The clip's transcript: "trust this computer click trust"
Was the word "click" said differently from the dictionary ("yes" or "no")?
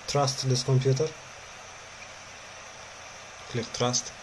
no